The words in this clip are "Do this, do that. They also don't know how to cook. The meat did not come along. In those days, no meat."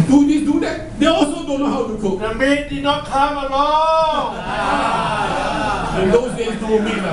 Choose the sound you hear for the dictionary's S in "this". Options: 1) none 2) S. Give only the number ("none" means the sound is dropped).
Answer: 1